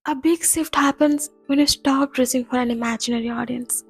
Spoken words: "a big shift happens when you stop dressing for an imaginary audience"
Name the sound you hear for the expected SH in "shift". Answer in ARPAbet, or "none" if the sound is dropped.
S